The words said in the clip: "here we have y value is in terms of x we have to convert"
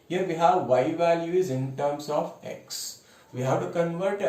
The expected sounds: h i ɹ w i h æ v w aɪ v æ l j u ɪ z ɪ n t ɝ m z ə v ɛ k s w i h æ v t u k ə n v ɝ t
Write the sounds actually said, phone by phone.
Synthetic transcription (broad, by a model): h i ɹ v i h æ v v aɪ v æ l j u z ɪ n t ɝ m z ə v ɛ k s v i h æ v t u k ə n v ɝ t